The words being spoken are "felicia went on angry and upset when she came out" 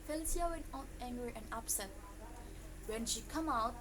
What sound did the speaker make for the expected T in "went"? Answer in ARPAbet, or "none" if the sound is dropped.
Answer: none